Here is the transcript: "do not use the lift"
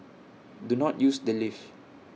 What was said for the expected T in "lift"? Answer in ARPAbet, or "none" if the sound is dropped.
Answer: none